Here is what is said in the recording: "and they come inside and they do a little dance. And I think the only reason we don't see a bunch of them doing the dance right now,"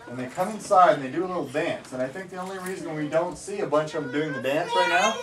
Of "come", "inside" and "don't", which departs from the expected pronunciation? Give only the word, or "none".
none